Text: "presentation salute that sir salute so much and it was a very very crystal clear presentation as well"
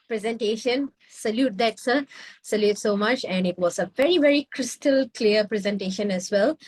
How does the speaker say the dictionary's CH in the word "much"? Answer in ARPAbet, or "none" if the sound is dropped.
CH